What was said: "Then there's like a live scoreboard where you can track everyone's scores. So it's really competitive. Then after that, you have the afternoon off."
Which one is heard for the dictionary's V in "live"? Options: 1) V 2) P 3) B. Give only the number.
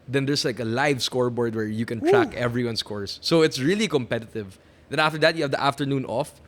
1